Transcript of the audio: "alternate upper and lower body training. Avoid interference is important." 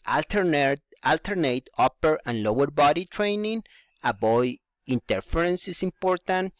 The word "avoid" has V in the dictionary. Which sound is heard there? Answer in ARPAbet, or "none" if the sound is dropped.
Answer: B